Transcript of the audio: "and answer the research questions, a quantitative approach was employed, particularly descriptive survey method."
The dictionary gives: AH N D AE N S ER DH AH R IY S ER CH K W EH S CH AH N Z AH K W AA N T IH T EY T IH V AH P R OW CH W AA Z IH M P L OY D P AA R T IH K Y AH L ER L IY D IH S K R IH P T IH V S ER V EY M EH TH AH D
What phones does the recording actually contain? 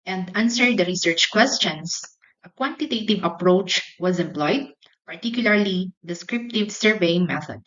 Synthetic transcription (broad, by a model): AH N D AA N S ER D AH R IY S ER CH K W EH S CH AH N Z AH K W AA N T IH T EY T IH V AH P R OW CH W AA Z IH M P L OY D P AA R T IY K Y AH L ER L IY D IH S K R IH P T IH V S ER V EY M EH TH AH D